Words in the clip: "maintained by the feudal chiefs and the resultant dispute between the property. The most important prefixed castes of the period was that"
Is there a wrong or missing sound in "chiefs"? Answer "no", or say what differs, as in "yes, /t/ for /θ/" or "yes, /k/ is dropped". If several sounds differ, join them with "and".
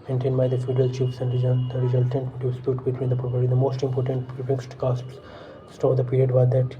yes, /p/ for /f/